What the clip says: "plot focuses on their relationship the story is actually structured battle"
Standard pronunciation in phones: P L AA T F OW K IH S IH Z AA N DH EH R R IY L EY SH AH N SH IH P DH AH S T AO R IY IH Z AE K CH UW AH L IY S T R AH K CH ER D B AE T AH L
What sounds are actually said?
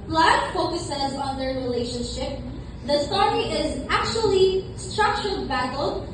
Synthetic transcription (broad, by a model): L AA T F OW K IH S IH Z AA N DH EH R R IY L EY SH AH N SH IH P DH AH S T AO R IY IH Z AE K CH UW AH L IY S T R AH K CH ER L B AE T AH L